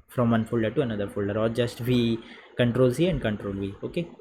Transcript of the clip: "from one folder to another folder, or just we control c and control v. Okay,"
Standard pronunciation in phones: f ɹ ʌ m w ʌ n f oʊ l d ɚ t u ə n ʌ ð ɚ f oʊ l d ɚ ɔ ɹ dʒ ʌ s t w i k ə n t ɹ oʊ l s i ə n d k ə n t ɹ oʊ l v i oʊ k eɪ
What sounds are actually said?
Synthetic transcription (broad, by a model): f ɹ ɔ m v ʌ n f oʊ l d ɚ t u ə n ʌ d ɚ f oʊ l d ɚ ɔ l dʒ ʌ s t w i k ə n t ɹ oʊ l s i ə n d k ə n t ɹ oʊ l v i oʊ k eɪ